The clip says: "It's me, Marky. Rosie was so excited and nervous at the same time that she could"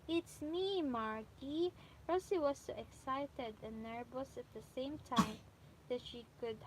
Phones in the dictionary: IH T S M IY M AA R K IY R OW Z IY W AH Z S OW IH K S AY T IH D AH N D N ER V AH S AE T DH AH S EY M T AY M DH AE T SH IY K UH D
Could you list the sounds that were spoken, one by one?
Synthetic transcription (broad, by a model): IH T S M IY M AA R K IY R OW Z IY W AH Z S OW IH K S AY T IH D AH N N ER B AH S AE T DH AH S EY M T AY M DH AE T SH IY K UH D